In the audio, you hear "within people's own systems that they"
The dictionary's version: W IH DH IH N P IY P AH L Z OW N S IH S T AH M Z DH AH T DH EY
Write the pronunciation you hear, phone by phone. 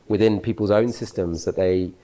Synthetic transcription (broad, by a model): W IH DH IH N P IY P AH L Z OW N S IH S T AH M Z DH AH T DH EY